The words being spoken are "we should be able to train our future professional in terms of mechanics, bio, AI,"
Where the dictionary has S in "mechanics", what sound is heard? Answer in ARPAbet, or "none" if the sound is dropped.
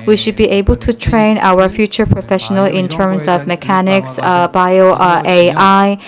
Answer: S